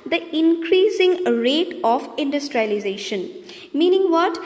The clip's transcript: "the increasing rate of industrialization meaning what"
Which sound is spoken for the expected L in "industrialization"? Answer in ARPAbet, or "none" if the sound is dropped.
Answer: L